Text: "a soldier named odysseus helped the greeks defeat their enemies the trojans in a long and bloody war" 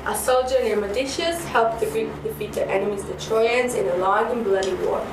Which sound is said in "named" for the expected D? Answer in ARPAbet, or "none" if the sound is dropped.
none